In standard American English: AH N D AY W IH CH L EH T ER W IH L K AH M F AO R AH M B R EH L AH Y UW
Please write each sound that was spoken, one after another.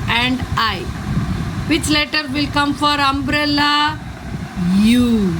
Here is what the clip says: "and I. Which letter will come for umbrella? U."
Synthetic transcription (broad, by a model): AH N D AY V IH CH L EH T ER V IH L K AH M F AO R AH M B R EH L AH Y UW